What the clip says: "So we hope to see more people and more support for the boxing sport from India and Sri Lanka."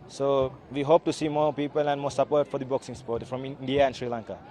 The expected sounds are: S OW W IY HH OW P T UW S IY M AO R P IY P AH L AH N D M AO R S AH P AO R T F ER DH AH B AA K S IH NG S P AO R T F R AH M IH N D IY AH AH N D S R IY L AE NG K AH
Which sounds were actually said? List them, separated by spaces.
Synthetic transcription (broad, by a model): S OW W IY HH OW P T UW S IY M AO P IY P AH L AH N M AO S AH P AO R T F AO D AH B AA K S IH NG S P AO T F R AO M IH N D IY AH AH N S R IY L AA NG K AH